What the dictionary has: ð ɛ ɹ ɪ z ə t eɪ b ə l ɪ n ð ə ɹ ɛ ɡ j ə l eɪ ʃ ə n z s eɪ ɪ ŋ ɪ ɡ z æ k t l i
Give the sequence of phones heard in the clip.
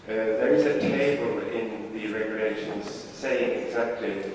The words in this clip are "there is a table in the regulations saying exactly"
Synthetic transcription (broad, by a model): ð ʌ ɹ ɪ z ə t eɪ b ə l ɪ n ð ə ɹ ɛ ɡ j ə l eɪ ʃ ə n z s eɪ ɪ ŋ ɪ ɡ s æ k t l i